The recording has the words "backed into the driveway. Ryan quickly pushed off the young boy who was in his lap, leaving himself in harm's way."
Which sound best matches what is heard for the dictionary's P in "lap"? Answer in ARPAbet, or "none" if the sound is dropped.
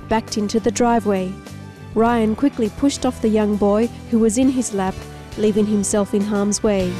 P